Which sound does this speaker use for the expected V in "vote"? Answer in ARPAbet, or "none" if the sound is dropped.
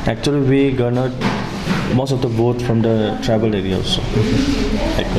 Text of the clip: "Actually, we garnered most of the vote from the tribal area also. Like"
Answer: B